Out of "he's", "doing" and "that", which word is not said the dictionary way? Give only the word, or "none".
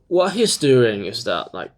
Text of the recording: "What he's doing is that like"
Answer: none